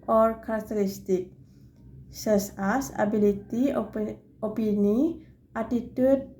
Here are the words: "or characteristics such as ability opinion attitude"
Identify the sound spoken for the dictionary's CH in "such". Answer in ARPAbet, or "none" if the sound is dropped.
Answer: S